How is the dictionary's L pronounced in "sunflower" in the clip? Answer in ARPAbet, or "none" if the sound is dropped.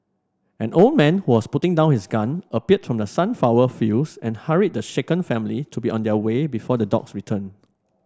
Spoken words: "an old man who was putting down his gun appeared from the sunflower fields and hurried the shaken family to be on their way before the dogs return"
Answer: none